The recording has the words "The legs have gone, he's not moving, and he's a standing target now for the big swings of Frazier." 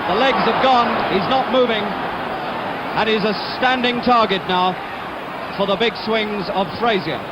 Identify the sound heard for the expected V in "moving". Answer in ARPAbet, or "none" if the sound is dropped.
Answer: V